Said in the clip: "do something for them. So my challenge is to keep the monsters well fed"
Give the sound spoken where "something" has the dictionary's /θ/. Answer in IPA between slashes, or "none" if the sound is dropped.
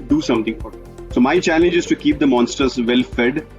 /t/